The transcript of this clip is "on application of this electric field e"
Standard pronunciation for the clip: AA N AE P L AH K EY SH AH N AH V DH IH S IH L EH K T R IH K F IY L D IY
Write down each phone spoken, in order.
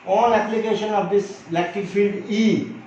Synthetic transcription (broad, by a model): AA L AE P L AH K EY SH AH N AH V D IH S L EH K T IH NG F IY L D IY